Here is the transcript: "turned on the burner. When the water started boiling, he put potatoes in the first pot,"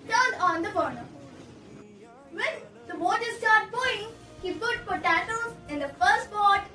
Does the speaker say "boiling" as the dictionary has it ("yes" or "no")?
no